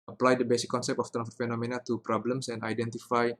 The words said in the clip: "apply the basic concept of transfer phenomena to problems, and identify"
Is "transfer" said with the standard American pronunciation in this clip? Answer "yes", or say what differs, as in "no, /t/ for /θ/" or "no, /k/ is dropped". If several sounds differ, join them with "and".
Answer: no, /s/ is dropped